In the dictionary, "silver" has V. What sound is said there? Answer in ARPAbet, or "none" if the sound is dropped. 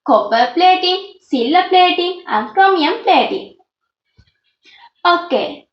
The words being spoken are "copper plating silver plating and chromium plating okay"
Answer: none